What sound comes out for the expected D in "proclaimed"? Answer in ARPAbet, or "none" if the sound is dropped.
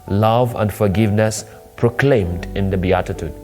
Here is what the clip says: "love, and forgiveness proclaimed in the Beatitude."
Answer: D